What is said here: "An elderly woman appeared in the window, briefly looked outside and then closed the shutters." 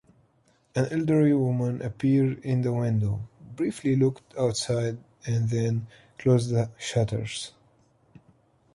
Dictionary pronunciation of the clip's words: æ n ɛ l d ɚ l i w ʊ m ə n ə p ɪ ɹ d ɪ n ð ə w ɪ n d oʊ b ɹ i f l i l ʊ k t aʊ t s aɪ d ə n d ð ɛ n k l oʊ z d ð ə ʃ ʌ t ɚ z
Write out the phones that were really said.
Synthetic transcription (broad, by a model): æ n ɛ l d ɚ i w ʊ m ə n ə p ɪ ɹ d ɪ n ð ə w ɪ n d oʊ b ɹ i f l i l ʊ k t aʊ t s aɪ d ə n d ð ɛ n k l oʊ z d ð ə ʃ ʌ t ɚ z